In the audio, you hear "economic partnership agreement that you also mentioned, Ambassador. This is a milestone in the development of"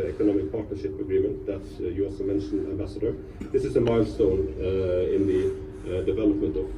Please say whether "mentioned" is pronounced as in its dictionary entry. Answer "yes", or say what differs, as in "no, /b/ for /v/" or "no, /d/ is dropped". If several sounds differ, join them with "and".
no, /d/ is dropped